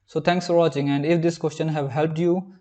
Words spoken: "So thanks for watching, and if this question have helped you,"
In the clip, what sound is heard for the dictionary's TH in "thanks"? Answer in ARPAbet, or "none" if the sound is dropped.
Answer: T